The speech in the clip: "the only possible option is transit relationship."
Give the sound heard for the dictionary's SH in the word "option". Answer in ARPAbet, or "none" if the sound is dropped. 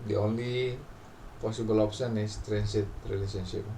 S